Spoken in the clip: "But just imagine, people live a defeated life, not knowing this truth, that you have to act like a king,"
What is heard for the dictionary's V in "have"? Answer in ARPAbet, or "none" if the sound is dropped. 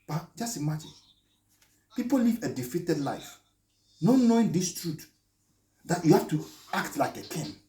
F